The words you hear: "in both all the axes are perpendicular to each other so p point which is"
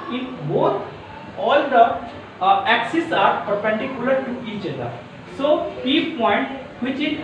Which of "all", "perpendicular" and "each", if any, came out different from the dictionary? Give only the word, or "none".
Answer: none